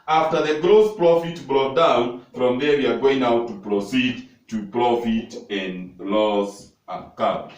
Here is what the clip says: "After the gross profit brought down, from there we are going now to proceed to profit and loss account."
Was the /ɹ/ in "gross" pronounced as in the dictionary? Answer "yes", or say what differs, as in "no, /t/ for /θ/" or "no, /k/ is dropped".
yes